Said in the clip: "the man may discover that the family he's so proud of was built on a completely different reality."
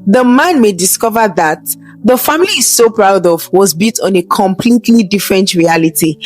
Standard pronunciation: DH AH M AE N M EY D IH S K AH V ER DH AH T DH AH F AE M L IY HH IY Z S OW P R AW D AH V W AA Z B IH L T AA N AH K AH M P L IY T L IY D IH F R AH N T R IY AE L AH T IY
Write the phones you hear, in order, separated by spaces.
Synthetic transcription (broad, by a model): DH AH M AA N M EY D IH S K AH V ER DH AH T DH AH F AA M IY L IY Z S OW P R AW D AH V W AA Z B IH T AA N AH K AH M P L IY T L IY D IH F R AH N T R IY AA L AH T IY